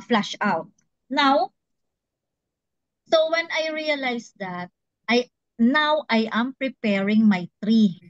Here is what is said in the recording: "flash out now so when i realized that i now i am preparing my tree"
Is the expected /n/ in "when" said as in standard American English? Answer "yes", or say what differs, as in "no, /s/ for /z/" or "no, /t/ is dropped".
yes